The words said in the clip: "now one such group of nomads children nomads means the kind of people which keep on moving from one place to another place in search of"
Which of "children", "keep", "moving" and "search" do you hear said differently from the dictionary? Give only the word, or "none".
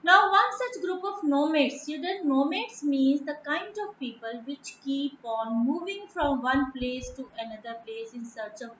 children